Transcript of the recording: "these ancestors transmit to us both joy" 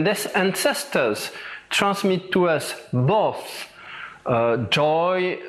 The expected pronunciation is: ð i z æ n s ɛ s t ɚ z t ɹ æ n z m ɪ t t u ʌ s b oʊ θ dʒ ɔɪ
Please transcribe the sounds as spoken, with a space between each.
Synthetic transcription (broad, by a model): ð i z æ n s ɛ s t ɚ z t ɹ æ n s m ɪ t t u ʌ s b oʊ θ dʒ ɔɪ